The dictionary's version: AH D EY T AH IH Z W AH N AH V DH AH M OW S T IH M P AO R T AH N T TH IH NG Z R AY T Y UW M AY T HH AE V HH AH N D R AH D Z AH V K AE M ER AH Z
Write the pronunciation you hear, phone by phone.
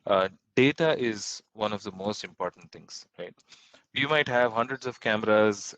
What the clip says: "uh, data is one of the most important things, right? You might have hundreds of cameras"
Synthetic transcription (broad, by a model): D EY T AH IH Z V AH N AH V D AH M OW S T IH M P AO R T AH N T T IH NG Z R AY T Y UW M AY T HH AE V HH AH N D R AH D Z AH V K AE M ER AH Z